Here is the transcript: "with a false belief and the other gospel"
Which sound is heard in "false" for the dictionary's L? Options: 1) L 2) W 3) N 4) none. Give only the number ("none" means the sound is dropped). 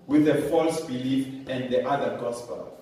1